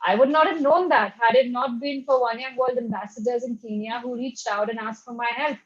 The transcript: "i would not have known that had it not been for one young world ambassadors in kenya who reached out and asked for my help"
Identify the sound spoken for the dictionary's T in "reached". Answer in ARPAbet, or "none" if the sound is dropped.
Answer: T